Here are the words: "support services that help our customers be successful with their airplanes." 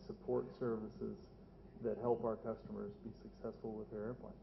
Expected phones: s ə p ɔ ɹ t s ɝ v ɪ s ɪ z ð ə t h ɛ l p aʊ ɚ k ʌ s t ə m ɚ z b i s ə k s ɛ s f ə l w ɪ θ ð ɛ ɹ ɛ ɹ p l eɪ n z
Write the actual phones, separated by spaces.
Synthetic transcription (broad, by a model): s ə p ɔ ɹ t s ɝ v ɪ s ɪ z ð ə t h ɛ l p aʊ ɚ k ʌ s t ə m ɚ z b i s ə k s ɛ s f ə l w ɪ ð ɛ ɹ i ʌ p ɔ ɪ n